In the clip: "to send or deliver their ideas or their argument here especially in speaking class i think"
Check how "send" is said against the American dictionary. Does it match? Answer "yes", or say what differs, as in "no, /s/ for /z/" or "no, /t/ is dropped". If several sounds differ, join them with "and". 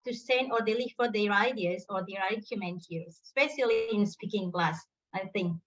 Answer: no, /d/ is dropped